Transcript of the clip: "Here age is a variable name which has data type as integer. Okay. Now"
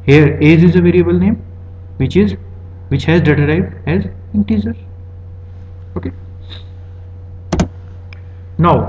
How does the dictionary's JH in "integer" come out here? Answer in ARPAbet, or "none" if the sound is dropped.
Z